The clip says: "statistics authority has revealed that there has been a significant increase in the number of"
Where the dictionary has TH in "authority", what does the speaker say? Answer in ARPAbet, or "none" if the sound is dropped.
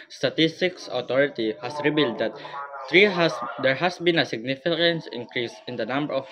T